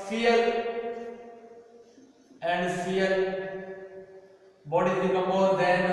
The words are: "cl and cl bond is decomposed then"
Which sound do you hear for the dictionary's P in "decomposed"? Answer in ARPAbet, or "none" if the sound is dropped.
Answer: none